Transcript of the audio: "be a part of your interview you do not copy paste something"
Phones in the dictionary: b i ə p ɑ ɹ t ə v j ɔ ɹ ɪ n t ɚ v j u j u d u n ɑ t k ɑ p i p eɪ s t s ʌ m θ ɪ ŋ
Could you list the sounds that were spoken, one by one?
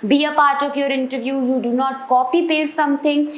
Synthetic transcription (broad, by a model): b i ə p ɑ ɹ t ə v j ɔ ɹ ɪ n t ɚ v j u j u d u n ɑ t k ɑ p i p eɪ t s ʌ m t ɪ ŋ